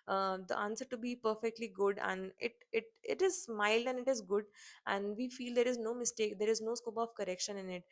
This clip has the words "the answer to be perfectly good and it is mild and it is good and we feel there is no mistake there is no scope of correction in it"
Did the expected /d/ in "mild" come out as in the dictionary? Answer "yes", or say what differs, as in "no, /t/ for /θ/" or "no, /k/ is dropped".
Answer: yes